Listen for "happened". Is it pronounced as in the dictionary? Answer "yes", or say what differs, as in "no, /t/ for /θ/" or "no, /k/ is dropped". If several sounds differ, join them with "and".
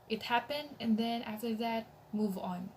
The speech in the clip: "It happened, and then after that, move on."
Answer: yes